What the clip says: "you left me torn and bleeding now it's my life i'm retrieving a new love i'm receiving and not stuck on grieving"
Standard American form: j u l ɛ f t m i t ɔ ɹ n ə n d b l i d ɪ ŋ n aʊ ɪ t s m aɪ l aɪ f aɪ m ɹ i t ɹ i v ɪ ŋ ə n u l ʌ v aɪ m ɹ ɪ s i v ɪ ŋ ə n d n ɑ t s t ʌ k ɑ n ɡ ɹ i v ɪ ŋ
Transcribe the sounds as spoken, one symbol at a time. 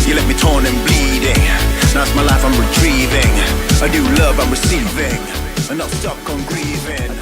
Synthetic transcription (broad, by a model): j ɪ l ɛ t m i t ɔ ɹ n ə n b l i d ɪ ŋ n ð ɪ t s m aɪ l aɪ f aɪ m ɹ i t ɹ i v ɪ ŋ ə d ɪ l ʌ v aɪ m ɹ ɪ s i v ɪ ŋ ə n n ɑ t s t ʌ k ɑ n ɡ ɹ i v ɪ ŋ